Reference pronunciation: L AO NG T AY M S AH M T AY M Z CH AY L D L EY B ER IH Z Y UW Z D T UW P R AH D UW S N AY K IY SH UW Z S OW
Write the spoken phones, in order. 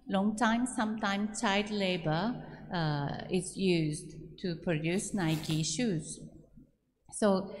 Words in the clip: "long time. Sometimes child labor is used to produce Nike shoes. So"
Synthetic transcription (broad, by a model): L AO NG T AY M S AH M T AY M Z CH AY D L EY B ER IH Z Y UW Z D T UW P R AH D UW S N AY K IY SH UW Z S OW